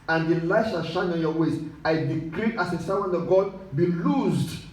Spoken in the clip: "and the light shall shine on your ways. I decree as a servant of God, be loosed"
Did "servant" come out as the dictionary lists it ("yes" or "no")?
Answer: no